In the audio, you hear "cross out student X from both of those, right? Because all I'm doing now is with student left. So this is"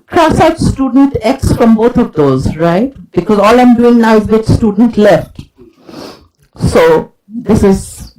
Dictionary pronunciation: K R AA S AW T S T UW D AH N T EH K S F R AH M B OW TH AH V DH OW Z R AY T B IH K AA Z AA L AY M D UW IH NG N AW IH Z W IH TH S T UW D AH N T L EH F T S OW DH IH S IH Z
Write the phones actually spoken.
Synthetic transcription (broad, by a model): K R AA S AW T S T UW D AH N T EH K S F R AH M B OW T AH V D OW Z R AY T B IH K AA Z AA L AY M D UW IH NG N AW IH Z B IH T S T UW D AH N T L EH F T S OW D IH S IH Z